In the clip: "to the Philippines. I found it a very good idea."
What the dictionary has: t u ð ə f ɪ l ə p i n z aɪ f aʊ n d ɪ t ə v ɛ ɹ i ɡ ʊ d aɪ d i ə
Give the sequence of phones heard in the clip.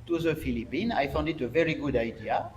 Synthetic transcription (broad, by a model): t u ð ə f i l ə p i n aɪ f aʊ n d ɪ t ə v ɛ ɹ i ɡ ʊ d aɪ d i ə